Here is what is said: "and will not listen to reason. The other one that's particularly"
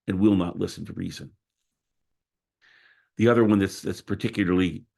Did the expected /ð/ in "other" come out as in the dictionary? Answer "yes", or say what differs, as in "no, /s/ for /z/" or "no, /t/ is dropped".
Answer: yes